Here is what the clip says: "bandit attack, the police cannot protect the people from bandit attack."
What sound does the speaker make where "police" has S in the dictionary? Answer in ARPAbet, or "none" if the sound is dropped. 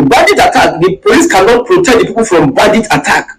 S